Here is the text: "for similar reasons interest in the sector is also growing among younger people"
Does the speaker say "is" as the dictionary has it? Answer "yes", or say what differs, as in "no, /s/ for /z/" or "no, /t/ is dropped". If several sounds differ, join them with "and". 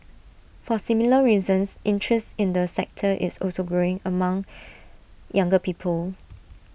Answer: no, /s/ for /z/